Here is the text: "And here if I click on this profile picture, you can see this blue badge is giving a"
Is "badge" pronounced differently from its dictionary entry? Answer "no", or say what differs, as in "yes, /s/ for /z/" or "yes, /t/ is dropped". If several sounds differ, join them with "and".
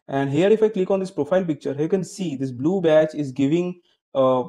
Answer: yes, /tʃ/ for /dʒ/